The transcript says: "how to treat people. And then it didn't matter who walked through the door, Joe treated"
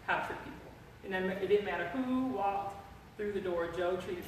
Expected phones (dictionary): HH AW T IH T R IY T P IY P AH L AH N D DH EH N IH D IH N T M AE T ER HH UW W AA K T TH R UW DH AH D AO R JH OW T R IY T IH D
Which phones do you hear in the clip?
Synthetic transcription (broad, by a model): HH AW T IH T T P IY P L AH N DH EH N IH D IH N M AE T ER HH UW W AA K T TH R UW DH AH D AO R JH OW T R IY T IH